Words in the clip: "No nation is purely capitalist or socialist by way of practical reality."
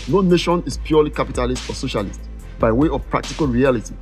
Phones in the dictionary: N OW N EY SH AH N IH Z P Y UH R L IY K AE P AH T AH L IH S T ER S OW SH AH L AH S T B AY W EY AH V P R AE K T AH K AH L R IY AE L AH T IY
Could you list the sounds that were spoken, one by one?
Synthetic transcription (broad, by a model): N OW N EY SH AH N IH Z P Y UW L IY K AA P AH T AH L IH S T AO S OW SH AH L AH S T B AY W EY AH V P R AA K T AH K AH L R IY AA L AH T IY